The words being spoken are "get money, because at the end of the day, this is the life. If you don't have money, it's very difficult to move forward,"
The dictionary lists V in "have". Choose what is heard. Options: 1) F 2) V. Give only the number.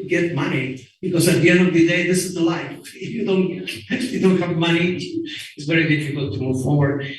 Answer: 2